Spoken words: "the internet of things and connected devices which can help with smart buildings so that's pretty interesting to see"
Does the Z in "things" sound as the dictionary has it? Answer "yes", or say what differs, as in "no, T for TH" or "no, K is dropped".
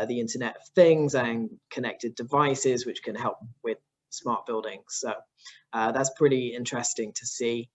yes